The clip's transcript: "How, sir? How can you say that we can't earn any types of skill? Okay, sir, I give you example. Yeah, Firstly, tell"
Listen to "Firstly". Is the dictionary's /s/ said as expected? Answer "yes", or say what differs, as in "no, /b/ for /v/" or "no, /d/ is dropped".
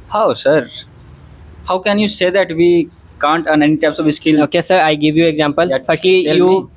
no, /s/ is dropped